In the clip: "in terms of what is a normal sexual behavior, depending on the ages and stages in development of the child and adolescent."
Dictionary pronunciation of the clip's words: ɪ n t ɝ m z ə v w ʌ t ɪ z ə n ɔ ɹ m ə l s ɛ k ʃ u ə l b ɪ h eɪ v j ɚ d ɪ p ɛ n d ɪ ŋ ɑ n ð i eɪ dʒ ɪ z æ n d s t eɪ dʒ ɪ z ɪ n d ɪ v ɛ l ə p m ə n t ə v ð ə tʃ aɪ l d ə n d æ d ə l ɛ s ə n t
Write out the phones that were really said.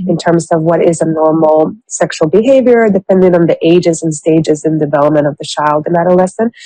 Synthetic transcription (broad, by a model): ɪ n t ɝ m z ə v w ʌ t ɪ z ə n ɔ ɹ m l s ɛ k ʃ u l b ɪ h eɪ v j ɚ d ɪ p ɛ n d ɪ ŋ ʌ n ð i eɪ dʒ ɪ z n s t eɪ dʒ ɪ z ɪ n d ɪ v ɛ l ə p m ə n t ə v ð ə tʃ aɪ l d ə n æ d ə l ɛ s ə n